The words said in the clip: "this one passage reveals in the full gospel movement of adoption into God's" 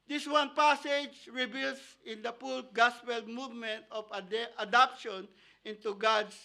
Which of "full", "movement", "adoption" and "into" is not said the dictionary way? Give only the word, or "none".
full